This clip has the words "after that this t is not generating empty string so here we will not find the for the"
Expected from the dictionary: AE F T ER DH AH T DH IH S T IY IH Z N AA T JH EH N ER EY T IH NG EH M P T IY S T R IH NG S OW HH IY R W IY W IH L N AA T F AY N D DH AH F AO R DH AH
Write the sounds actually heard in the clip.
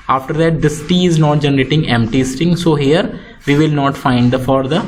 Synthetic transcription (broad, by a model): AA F T ER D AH T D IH S T IY IH Z N AA T JH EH N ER EY T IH NG EH M P T IY S T IH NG S OW HH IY R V IY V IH L N AA T F AY N D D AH F AO R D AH